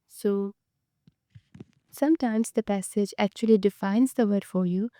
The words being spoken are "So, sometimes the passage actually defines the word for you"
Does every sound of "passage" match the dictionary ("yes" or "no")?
yes